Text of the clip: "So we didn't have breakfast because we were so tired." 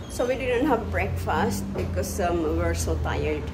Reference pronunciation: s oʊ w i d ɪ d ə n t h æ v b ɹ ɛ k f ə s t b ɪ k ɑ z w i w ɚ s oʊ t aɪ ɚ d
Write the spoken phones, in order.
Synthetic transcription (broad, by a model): s oʊ w i d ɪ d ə n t h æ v b ɹ ɛ k f ə s t b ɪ k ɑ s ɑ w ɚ s oʊ t aɪ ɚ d